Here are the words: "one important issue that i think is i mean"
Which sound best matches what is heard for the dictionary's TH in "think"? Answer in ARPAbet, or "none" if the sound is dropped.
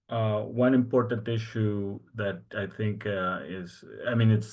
TH